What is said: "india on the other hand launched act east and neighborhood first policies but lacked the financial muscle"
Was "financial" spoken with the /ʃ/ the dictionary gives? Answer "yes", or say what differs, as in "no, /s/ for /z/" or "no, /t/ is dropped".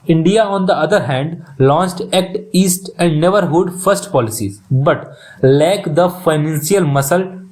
no, /s/ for /ʃ/